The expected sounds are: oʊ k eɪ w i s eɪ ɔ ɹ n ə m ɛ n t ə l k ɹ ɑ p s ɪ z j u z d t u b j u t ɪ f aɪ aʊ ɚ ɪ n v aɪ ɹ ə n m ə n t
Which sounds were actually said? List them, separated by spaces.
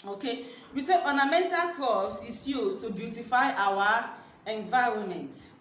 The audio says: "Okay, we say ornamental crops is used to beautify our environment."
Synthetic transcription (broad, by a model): oʊ k eɪ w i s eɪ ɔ n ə m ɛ n t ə l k ɑ s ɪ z j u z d t u b j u t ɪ f aɪ aʊ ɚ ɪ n v aɪ ɹ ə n m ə n t